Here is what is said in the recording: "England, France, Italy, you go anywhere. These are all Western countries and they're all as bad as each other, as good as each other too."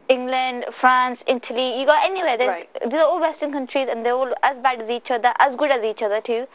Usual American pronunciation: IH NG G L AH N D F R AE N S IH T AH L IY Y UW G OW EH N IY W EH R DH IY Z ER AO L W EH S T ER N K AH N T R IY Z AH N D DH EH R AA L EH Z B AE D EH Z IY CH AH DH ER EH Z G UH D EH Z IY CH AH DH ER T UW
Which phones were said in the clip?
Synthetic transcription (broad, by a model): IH NG G L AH N D F R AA N S IH T AH L IY Y UW G OW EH N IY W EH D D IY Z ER AO L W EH S T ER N K AH N T R IY Z AH N D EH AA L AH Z B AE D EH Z IY CH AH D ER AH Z G UH D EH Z IY CH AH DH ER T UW